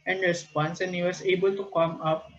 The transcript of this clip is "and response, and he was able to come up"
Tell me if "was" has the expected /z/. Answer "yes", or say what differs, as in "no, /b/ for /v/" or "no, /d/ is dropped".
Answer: no, /s/ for /z/